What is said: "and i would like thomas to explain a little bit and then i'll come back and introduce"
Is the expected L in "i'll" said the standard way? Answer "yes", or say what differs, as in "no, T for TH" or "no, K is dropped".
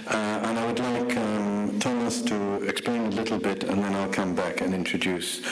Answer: yes